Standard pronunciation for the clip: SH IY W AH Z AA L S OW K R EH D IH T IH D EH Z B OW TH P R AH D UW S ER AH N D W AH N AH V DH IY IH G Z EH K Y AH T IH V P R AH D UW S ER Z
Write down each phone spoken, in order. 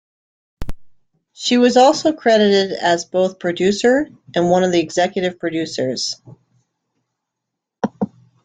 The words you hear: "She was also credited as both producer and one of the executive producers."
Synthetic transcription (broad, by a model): SH IY W AH Z AA L S OW K R EH D IH T IH D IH Z B OW TH P R AH D UW S ER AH N W AH N AH V DH IY IH G Z EH K Y AH T IH V P R AH D UW S ER Z